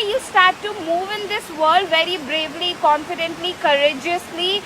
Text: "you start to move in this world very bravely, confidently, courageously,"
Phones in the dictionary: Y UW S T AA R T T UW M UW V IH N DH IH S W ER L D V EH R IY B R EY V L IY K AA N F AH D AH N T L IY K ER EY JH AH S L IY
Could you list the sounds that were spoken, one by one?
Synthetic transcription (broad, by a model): Y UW S T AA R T T UW M UW V IH N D IH S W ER L D V EH R IY B R EY V L IY K AA N F AH D AH N T L IY K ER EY JH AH S L IY